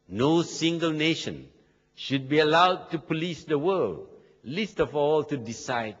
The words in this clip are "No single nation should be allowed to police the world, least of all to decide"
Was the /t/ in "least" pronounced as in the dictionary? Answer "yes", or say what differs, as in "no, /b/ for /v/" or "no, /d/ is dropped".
yes